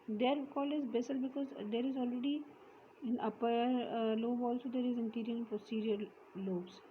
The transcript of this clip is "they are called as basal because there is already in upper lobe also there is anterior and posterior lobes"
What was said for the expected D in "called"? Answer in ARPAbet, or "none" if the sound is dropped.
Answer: none